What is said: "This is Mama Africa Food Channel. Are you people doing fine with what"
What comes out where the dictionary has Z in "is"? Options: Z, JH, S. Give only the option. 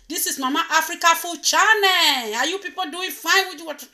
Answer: S